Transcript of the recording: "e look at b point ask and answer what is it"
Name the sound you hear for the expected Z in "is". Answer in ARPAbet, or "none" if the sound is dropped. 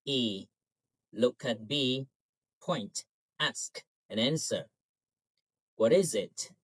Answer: Z